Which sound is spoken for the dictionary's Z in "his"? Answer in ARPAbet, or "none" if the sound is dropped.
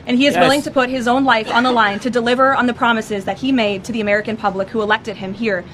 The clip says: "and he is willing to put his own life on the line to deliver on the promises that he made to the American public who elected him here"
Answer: Z